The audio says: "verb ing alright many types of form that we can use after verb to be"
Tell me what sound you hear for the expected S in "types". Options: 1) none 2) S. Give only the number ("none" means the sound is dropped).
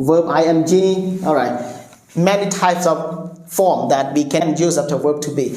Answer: 2